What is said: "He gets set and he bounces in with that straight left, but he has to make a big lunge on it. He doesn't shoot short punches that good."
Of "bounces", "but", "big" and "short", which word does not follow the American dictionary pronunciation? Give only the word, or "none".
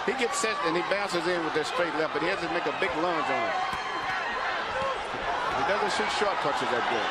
none